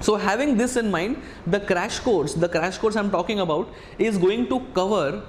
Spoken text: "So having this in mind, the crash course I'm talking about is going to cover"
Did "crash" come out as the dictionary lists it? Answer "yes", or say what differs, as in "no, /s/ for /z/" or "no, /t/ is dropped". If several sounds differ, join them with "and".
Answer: yes